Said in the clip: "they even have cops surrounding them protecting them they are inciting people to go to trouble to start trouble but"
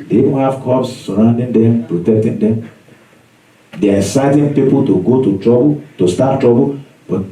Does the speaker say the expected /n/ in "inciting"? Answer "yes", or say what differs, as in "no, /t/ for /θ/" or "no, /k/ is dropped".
no, /n/ is dropped